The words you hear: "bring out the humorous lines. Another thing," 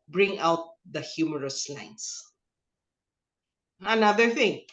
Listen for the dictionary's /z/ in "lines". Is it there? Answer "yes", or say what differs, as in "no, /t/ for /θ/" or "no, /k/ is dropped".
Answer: no, /s/ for /z/